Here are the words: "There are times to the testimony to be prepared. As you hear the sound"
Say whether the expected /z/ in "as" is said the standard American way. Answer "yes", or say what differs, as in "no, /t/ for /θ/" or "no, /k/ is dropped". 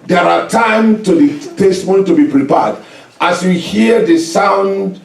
no, /s/ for /z/